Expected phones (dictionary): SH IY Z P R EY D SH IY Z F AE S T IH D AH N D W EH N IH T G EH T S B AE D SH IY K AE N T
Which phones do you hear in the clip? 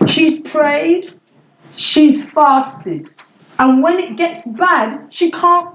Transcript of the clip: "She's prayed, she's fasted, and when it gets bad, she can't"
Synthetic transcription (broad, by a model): SH IY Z P R EY D SH IY Z F AE S T IH D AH N W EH N IH T G EH T S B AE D SH IY K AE N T